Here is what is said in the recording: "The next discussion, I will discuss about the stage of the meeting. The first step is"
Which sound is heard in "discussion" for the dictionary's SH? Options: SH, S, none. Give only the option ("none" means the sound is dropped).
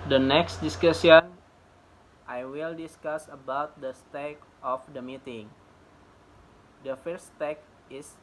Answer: S